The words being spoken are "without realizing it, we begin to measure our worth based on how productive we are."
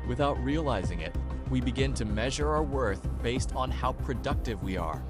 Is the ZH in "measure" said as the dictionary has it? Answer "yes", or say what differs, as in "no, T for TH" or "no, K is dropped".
yes